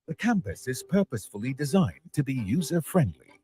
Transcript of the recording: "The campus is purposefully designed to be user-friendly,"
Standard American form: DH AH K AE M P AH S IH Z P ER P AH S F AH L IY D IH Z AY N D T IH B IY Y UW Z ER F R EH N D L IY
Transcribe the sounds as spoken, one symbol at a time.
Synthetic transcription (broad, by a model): DH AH K AE M P AH S IH Z P ER P AH S F AH L IY D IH Z AY N T IH B IY Y UW Z ER F R EH N D L IY